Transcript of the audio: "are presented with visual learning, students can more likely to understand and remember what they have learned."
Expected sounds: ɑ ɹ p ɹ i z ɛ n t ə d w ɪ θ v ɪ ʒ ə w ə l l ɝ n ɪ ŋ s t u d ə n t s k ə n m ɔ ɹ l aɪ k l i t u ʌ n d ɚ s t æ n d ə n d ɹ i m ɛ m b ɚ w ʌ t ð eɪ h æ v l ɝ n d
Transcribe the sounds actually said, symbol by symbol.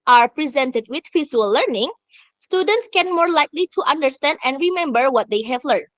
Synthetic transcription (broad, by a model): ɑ ɹ p ɹ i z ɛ n t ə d w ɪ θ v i z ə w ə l l ɝ n ɪ ŋ s t u d ə n t s k ə n m ɔ ɹ l aɪ k l i t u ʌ n d ɚ s t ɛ n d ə n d ɹ i m ɛ m b ɚ w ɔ t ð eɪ h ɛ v l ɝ n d